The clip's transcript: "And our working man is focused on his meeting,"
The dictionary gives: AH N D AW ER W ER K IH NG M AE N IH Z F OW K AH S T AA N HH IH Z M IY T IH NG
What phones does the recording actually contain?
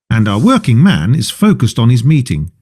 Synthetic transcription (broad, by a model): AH N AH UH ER W ER K IH NG M AE N IH Z F OW K AH S T N IH Z M IY T IH NG